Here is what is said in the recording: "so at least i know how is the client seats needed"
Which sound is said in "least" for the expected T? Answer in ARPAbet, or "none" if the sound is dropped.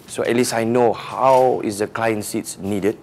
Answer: none